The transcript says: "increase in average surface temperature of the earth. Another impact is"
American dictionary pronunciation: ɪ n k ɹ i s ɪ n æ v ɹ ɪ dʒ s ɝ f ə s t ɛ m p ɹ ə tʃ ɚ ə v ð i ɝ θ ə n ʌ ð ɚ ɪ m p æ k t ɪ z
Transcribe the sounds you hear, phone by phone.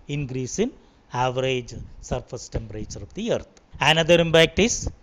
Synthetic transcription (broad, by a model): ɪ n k ɹ i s ɪ n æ v ɹ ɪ dʒ s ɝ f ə s t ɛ m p ɹ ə tʃ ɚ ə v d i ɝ t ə n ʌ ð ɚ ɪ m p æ k t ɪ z